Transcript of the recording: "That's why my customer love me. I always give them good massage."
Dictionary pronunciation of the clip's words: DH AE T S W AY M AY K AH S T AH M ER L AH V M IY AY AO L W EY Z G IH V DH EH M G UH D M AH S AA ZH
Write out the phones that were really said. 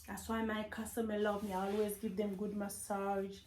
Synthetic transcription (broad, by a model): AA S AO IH M AY K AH S T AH M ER L AH V M IY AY AO L W EY Z G IH V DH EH M G UH D M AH S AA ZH